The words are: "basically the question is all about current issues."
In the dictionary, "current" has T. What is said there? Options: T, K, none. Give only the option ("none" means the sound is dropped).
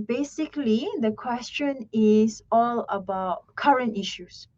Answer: T